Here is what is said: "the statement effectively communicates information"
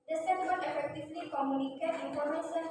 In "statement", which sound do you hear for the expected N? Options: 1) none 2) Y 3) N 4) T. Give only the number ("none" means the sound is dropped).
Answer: 1